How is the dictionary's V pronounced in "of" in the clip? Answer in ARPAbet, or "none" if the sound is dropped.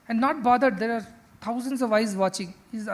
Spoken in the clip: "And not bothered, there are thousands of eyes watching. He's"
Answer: V